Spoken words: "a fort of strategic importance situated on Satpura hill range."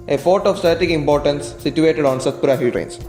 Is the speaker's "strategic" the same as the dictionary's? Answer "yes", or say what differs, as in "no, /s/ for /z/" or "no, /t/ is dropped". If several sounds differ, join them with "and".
no, /ɹ/ is dropped